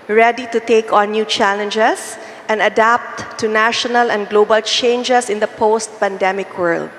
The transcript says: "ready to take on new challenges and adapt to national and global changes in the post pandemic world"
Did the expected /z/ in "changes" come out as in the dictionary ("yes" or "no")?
no